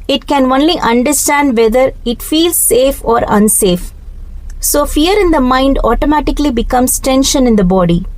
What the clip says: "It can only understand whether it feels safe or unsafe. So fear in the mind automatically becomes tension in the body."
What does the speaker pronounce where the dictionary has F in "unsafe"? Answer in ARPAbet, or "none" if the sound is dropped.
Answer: F